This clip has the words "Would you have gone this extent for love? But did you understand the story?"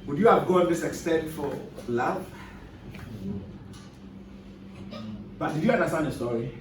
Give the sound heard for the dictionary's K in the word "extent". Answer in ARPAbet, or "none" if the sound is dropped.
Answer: K